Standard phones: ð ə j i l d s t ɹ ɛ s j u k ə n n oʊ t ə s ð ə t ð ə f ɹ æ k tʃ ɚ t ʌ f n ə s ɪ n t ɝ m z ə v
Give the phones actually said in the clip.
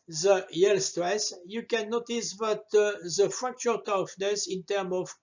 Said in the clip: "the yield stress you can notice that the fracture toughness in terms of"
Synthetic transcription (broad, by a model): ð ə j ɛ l s t ɹ ɛ s j u k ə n n oʊ t ə s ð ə t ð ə f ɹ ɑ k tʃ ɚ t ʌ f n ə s ɪ n t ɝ m ə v